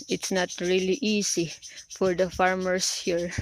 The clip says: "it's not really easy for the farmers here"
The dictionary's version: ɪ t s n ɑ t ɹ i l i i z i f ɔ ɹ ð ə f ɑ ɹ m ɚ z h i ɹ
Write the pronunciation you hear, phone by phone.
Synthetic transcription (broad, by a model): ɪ t s n ɑ t ɹ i l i i s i f ɔ ɹ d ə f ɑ ɹ m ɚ s h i ɹ